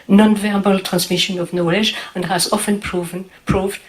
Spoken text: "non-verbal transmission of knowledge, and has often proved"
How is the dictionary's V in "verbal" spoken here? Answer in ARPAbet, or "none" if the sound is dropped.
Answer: V